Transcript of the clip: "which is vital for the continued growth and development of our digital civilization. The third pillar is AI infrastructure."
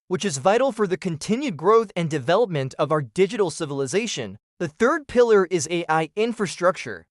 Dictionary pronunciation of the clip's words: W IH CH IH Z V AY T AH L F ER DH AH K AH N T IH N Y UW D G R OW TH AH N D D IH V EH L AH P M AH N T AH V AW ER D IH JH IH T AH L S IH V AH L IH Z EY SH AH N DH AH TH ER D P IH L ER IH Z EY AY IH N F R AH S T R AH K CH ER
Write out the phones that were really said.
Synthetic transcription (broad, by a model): W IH CH IH Z V AY T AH L F ER DH AH K AH N T IH N Y UW D G R OW TH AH N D D IH V EH L AH P M AH N T AH V AW ER D IH JH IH T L S IH V AH L IH Z EY SH AH N DH AH TH ER D P IH L ER IH Z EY AY IH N F R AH S T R AH K CH ER